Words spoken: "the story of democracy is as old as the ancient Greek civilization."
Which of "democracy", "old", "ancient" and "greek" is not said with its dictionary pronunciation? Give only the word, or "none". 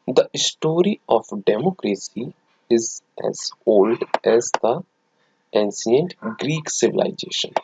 ancient